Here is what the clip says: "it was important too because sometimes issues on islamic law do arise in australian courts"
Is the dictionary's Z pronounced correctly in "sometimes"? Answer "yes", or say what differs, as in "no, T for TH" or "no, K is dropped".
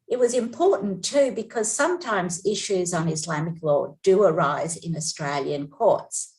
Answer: yes